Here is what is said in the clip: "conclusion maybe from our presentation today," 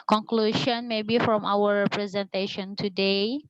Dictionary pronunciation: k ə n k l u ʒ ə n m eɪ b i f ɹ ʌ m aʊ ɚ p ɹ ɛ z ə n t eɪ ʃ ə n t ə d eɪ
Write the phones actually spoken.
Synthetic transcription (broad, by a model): k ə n k l u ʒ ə n m eɪ b i f ɹ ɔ m aʊ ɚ p ɹ ɛ z ə n t eɪ ʃ ə n t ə d eɪ